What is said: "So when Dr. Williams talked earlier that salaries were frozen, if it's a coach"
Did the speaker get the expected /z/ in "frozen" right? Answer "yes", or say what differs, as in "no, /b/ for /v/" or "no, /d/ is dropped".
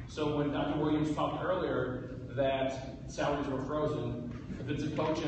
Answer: yes